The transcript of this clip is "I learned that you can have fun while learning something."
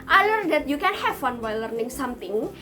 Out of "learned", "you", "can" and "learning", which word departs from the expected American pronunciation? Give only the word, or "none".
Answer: learned